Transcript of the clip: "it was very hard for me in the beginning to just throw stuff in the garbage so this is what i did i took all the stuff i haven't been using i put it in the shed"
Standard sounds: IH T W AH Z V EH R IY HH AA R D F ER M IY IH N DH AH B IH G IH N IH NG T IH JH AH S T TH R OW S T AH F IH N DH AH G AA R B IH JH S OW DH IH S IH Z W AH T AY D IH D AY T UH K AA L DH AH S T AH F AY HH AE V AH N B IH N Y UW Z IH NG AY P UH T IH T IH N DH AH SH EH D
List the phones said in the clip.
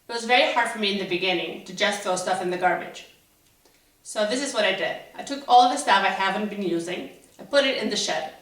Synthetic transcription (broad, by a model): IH T W AH Z V EH R IY HH AA R D F ER M IY IH N DH AH B IH G IH N IH NG T IH JH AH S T TH R OW S T AH F IH N DH AH G AA R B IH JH S OW DH IH S IH Z W AH T AY D IH D AY T UH K AA L DH AH S T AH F AY HH AE V AH N B IH N Y UW Z IH NG AY P UH T IH T IH N DH AH SH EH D